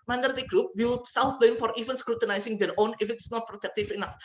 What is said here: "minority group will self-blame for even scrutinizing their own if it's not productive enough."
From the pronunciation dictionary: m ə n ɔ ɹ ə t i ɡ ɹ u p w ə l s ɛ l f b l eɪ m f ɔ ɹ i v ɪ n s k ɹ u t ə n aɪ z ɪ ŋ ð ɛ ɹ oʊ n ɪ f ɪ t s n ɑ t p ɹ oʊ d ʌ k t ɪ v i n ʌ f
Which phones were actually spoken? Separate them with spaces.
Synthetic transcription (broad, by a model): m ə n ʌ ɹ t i ɡ ɹ u p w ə w s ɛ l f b eɪ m f ɔ ɹ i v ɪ n s k ɹ u t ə n aɪ s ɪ ŋ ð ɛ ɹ oʊ n ɪ f ɪ t s n ɑ t p ɹ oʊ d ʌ k t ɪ f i n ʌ f